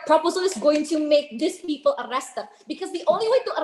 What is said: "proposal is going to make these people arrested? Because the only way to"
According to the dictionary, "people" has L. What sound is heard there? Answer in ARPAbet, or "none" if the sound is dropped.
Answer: L